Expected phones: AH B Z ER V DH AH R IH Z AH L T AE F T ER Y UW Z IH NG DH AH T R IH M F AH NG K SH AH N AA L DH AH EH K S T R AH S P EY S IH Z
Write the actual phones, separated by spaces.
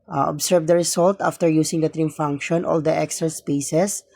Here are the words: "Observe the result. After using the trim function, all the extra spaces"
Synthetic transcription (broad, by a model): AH B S ER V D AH R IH S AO L T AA F T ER Y UW S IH NG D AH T R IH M F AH NG K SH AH N AA L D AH EH K S T R AH S P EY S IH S